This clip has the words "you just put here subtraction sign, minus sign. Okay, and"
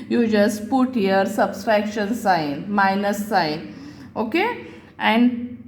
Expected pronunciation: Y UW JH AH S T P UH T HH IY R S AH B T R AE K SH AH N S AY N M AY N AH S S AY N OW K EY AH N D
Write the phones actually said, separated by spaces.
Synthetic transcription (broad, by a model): Y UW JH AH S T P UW T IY R S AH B S R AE K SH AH N S AY N M AY N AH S S AY N OW K EY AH N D